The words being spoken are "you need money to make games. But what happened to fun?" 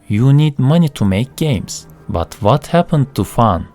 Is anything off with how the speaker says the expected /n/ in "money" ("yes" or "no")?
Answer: no